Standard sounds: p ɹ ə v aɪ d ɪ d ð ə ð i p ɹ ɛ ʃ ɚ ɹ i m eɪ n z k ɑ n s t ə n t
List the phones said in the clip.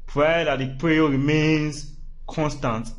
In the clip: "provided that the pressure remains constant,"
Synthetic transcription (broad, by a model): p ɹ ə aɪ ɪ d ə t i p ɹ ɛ ɚ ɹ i m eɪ n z k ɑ n s t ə n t